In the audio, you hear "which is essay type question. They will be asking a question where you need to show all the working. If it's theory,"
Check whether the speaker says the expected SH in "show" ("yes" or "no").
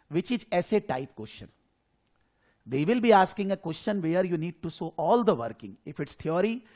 no